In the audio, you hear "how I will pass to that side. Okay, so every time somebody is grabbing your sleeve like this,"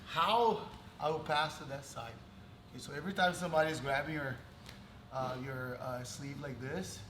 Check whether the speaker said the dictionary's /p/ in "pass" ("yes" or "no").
yes